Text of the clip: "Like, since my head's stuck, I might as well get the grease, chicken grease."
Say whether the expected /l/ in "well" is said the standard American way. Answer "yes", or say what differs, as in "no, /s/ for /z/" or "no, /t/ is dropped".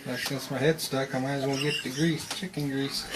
no, /n/ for /l/